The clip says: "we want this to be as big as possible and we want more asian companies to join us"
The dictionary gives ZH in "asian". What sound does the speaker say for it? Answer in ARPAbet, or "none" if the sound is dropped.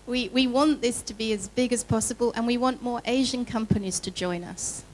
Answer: ZH